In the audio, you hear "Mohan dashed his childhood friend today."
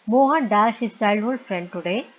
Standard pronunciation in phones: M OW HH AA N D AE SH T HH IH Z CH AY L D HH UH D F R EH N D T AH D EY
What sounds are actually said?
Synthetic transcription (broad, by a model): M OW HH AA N D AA T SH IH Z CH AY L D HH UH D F R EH N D T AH D EY